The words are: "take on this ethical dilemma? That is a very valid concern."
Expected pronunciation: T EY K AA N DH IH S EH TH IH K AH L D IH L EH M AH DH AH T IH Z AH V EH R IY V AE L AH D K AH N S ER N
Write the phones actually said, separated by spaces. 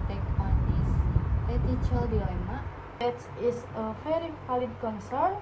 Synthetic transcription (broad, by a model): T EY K AA N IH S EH T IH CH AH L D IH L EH M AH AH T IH S AH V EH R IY P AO L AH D K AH N S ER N